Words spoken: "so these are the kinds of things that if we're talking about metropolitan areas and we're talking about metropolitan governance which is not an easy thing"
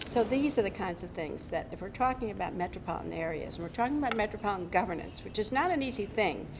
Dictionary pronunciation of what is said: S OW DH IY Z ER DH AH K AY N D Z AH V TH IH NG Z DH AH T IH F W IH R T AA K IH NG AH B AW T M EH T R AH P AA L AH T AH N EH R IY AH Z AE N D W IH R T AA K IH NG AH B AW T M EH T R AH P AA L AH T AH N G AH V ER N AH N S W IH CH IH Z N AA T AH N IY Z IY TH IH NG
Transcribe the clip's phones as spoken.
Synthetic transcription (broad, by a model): S OW DH IY Z ER DH AH K AY N D Z AH V TH IH NG Z DH AH T IH F W IH R T AA K IH NG AH B AW T M EH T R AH P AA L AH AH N EH R IY AH Z N W IH R T AA K IH NG AH B AW T M EH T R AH P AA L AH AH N G AH V ER N AH N S W IH CH IH Z N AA T AH N IY Z IY TH IH NG